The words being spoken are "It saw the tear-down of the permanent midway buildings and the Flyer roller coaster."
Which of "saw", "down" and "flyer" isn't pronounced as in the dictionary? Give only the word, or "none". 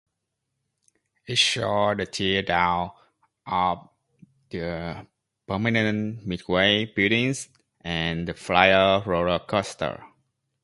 saw